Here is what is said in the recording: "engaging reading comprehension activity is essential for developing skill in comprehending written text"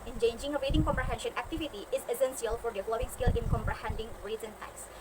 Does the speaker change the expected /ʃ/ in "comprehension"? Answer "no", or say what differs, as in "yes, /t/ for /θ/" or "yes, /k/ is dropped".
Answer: no